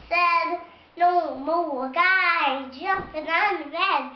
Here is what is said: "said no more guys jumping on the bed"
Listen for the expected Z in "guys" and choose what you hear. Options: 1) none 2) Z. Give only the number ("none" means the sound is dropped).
1